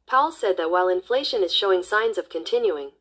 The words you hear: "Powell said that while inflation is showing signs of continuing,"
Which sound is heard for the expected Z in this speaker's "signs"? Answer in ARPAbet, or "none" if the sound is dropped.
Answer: Z